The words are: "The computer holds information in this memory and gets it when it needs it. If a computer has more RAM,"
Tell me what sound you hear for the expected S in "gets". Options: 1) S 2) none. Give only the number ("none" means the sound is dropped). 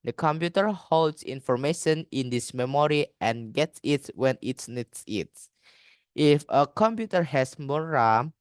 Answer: 1